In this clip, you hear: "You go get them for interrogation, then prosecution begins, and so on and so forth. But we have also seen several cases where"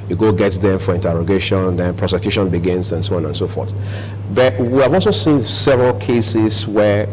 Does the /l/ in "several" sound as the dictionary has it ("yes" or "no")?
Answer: yes